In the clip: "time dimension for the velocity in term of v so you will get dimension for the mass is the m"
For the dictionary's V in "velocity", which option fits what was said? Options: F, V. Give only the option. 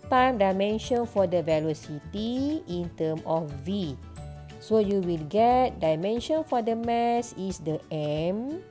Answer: V